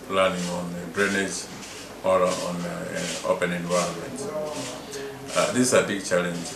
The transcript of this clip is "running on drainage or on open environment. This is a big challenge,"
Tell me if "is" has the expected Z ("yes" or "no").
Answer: no